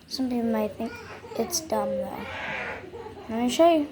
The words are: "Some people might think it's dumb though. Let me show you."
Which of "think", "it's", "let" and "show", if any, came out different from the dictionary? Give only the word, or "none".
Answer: let